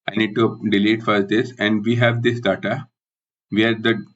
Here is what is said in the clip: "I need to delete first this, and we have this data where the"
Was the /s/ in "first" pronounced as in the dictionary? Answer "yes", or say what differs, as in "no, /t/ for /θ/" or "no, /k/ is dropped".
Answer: no, /s/ is dropped